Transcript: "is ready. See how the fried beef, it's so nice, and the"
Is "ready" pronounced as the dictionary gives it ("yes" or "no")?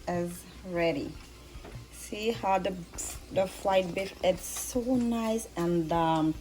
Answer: yes